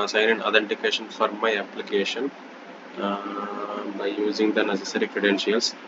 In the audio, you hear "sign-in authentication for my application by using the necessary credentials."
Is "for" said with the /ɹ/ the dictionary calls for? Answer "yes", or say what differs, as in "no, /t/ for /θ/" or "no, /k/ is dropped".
yes